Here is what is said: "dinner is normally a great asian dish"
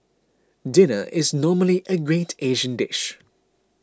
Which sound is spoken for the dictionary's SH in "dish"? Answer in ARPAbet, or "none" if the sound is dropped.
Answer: SH